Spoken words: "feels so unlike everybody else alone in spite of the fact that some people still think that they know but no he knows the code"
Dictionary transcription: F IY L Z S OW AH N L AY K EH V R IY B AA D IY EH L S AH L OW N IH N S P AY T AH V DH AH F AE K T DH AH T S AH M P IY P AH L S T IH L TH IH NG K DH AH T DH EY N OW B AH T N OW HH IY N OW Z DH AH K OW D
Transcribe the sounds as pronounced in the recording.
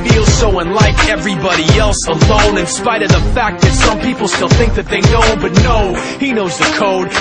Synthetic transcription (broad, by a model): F IY L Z S OW AH N L AY K EH V R IY B AA D IY EH L S AH L OW N IH N S P AY T AH V DH AH F AE K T DH AH T S AH M P IY P L S T IH L TH IH NG K DH AH T DH EY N OW B AH T N OW HH IY N OW Z DH AH K OW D